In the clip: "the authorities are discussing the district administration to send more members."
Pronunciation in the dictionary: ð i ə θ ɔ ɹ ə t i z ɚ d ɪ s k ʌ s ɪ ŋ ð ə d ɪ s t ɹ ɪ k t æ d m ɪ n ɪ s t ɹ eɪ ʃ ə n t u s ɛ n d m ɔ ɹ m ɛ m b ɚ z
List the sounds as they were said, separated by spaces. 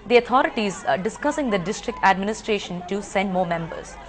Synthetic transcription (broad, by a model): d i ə t ɔ ɹ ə t i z d ɪ s k ʌ s ɪ ŋ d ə d ɪ s t ɹ ɪ k t æ d m ɪ n ɪ s t ɹ eɪ ʃ ə n t u s ɛ n d m ɔ ɹ m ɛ m b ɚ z